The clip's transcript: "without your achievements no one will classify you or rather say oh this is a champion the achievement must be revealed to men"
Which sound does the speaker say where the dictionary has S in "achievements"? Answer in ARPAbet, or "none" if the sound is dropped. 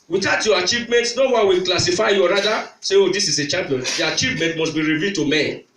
none